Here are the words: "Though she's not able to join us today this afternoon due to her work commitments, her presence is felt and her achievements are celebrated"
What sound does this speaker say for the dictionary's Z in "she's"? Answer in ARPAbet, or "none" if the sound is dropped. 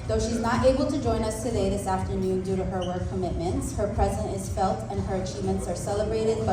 Z